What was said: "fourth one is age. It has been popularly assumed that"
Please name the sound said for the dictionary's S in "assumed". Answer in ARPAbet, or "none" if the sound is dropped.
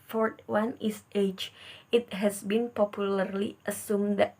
S